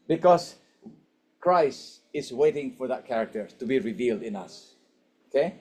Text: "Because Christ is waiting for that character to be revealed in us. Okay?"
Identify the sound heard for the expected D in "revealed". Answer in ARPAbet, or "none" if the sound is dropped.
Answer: D